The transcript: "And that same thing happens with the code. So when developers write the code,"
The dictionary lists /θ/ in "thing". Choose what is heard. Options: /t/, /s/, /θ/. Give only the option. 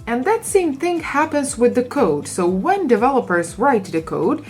/θ/